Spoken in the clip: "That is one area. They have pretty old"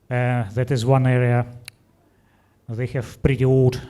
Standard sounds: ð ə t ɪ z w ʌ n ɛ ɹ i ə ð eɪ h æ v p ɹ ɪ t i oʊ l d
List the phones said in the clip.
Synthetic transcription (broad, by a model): ð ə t ɪ z w ʌ n ɛ ɹ i ə ð eɪ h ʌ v b ɹ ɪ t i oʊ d